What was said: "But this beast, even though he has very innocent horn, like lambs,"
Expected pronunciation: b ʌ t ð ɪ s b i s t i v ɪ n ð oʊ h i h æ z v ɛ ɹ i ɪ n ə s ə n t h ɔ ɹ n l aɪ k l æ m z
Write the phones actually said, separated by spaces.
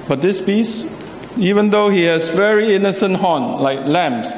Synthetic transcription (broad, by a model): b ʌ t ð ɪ s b i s i v ɪ n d oʊ h i h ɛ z v ɛ ɹ i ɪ n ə s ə n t h ɔ n l aɪ k l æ m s